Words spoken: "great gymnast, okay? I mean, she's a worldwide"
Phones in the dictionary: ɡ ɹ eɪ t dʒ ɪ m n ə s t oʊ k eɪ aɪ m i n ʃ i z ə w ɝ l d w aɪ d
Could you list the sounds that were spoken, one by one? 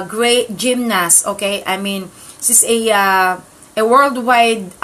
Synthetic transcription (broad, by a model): ɡ ɹ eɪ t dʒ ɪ m n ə s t oʊ k eɪ aɪ m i n s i s ə w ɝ l d w aɪ d